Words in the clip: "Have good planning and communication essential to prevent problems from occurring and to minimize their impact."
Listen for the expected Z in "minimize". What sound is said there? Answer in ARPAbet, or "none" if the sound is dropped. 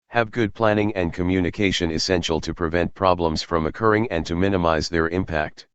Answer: Z